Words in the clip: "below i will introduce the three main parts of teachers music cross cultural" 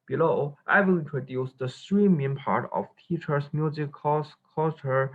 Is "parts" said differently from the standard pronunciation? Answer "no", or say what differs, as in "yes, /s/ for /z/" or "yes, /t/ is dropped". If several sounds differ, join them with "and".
yes, /s/ is dropped